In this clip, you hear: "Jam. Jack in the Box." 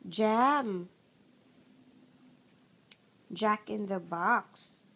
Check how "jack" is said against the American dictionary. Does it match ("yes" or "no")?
yes